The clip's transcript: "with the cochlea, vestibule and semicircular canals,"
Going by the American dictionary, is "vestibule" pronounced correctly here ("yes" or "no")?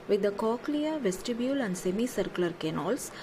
yes